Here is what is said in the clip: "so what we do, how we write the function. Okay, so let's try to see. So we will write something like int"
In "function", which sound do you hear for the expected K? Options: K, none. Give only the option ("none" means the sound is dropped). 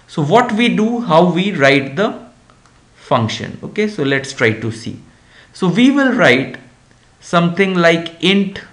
K